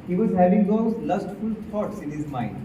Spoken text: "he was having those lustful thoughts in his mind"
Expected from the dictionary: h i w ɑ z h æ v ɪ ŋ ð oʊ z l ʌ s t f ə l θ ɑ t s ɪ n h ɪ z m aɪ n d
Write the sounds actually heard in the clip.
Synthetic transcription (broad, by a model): h i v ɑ z h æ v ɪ ŋ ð oʊ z l ʌ s t f ə l t ɑ t s ɪ n h ɪ z m aɪ n d